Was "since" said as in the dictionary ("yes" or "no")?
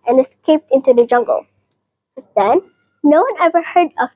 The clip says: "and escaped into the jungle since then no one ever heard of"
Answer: no